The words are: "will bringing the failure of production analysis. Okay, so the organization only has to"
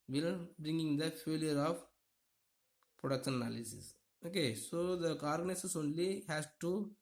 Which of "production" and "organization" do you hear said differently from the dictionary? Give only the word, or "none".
organization